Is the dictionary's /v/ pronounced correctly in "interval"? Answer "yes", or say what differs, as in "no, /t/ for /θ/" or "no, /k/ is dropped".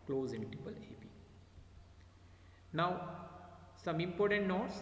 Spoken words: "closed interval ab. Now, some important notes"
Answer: no, /p/ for /v/